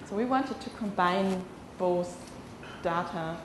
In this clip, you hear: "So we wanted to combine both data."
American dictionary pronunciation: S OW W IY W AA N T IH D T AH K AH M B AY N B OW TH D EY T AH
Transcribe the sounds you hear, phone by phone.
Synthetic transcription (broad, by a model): S OW W IY W AA N T IH D T AH K AH M B AY N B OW S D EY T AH